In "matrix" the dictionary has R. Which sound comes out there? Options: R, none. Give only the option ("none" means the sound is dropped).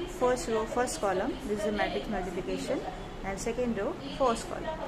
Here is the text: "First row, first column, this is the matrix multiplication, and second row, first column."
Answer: none